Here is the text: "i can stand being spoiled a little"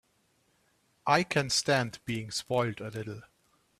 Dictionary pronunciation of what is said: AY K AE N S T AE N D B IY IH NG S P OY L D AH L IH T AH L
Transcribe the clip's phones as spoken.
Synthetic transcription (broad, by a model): AY K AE N S T AE N D B IY IH NG S P OY L D AH L IH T L